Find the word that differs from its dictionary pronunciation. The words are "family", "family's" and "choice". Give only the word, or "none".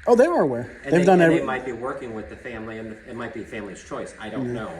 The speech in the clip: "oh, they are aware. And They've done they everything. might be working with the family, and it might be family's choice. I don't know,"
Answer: none